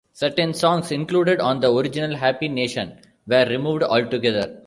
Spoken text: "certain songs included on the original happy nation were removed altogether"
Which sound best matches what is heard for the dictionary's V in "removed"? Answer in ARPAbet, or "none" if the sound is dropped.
V